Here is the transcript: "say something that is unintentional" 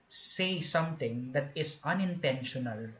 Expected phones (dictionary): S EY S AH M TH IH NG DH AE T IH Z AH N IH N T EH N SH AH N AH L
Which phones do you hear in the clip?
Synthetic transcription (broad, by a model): S EY S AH M T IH NG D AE T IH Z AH N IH N T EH N SH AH N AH L